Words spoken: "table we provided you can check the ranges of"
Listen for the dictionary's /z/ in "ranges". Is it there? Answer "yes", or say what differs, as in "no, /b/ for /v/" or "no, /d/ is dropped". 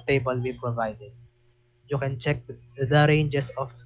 no, /s/ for /z/